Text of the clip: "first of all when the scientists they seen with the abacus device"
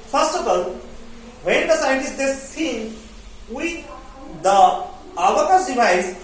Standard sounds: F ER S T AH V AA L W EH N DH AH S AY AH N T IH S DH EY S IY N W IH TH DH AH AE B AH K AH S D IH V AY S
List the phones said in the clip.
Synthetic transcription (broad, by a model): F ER S T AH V AA L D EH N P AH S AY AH T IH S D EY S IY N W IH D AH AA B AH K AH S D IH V AY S